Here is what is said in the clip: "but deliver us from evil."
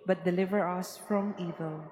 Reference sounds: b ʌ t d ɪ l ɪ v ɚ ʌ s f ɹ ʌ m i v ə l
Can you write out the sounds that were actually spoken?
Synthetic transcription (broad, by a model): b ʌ t d ɪ l ɪ v ɚ ʌ s f ɹ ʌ m i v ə l